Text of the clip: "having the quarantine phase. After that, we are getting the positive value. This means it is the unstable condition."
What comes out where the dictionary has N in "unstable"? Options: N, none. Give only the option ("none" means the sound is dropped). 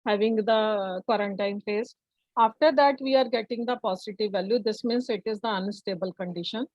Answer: N